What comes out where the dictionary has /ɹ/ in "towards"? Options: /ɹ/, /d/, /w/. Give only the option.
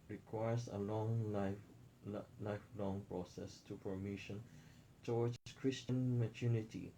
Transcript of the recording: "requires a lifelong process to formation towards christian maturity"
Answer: /w/